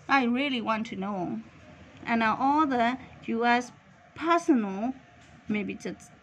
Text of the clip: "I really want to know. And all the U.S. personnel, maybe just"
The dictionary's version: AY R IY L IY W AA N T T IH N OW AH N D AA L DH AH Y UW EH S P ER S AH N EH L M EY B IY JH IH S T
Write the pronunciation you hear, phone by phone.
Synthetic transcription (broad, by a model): AY R IY L IY W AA N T T IH N OW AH N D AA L DH AH Y UW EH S P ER S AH N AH L M EY B IY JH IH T